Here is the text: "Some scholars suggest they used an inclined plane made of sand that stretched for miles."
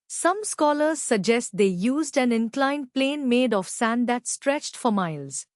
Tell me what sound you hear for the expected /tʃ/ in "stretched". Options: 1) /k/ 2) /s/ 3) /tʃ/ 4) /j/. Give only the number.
3